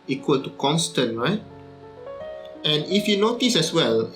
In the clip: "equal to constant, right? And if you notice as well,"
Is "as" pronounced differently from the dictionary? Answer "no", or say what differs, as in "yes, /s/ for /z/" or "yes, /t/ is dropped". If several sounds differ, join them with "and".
yes, /s/ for /z/